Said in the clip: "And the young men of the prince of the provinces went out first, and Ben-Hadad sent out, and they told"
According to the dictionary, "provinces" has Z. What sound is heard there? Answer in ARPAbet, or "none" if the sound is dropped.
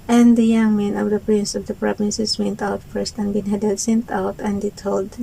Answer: S